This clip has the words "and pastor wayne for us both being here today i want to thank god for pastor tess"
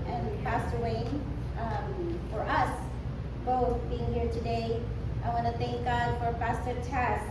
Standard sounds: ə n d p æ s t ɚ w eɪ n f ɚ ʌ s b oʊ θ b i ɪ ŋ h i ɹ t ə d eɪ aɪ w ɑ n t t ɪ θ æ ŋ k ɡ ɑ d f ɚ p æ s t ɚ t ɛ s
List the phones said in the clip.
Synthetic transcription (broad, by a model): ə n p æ s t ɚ w eɪ n f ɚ ʌ s b oʊ θ b i ɪ ŋ h i ɹ t ə d eɪ aɪ w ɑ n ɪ θ æ ŋ k ɡ ɑ d f ɚ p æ s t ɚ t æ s